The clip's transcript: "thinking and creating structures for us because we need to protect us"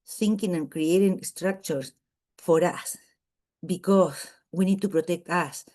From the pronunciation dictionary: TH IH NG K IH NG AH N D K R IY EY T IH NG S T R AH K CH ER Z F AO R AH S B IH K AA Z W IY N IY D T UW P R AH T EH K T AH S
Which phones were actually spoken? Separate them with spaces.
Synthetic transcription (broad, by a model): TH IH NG K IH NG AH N K R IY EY T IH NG S T R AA K CH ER S F AO R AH S B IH K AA S W IY N IY D T UW P R AH T EH K T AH S